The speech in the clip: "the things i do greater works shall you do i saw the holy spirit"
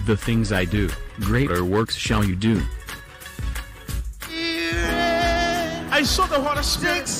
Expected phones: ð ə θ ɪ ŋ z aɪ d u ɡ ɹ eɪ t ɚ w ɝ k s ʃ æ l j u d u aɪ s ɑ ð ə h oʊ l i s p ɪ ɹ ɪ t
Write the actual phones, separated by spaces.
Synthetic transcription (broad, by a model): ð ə θ ɪ ŋ z aɪ d u ɡ ɹ eɪ t ɚ w ɝ k s ʃ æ l j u d u aɪ s ɑ ð ə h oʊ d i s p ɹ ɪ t